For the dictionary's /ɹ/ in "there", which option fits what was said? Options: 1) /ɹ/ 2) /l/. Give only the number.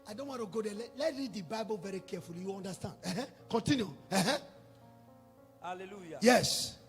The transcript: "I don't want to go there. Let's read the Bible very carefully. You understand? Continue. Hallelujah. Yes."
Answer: 2